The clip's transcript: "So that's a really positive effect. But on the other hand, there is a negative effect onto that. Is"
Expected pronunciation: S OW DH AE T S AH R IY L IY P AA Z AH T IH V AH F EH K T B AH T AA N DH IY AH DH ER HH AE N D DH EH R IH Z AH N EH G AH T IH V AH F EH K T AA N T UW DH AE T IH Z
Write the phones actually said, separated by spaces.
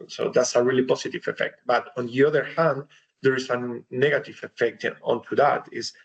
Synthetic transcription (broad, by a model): S OW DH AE T S AH R IY L IY P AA S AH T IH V AH F EH K T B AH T AA N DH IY AH DH ER HH AE N D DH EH R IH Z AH N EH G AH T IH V AH F EH K T AA N T UW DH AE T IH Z